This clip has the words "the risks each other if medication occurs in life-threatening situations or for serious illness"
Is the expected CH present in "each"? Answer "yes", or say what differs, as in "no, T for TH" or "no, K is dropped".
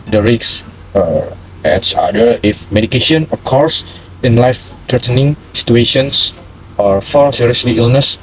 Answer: no, S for CH